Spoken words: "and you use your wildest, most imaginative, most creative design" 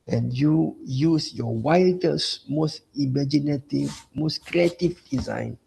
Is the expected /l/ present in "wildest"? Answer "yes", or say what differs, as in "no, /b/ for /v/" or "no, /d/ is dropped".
no, /l/ is dropped